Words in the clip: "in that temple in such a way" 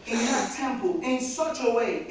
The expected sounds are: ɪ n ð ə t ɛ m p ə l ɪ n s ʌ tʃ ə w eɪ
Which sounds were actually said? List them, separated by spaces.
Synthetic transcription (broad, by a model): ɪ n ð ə t ɛ m p ə l ɪ n s ʌ tʃ ə w eɪ